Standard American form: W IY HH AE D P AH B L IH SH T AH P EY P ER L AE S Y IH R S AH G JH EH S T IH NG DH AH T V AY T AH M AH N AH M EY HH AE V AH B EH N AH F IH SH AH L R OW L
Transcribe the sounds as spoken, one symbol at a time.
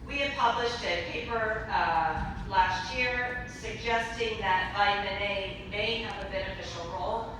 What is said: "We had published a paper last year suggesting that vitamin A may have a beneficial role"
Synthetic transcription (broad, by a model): W IY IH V P AH B L IH SH T AH P EY P ER L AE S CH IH R S AH G JH EH S T IH NG DH AH T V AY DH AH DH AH AH M EY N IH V AH B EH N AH F IH SH L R OW L